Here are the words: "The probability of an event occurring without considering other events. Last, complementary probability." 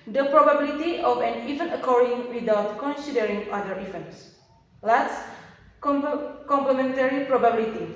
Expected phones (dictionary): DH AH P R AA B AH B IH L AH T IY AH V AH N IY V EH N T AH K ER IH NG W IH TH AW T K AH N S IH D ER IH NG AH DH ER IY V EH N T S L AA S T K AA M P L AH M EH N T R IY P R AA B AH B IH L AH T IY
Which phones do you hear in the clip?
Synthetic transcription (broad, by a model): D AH P R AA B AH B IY L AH T IY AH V AH N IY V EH N AH K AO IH NG W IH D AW T K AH N S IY D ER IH NG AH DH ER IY F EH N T S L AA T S K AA M P L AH M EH N T R IY P R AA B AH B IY L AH T IY